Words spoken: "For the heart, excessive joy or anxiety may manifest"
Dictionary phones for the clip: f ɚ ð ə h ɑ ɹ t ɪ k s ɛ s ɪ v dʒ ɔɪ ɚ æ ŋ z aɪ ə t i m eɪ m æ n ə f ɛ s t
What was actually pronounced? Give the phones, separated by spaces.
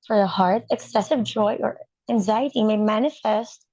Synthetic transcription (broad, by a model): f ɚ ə h ɑ ɹ t ɪ k s ɛ s ɪ v dʒ ɔɪ ɚ æ ŋ z aɪ ə t i m eɪ m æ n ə f ɛ s t